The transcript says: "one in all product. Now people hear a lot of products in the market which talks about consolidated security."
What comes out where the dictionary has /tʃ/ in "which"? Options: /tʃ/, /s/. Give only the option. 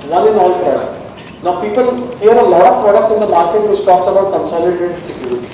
/s/